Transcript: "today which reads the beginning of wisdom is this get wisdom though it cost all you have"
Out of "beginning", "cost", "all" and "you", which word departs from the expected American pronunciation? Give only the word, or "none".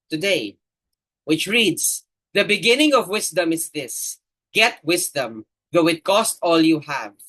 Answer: none